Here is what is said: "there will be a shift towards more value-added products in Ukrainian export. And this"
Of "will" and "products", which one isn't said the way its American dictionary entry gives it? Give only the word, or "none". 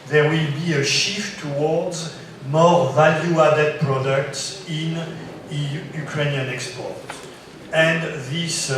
none